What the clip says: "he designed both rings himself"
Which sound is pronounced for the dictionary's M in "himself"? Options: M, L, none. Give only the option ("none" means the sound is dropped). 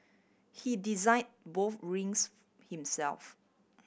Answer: M